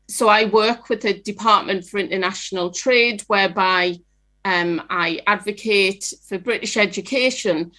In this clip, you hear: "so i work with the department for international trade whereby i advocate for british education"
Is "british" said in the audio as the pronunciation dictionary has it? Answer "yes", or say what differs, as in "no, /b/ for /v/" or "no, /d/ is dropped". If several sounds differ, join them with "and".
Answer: yes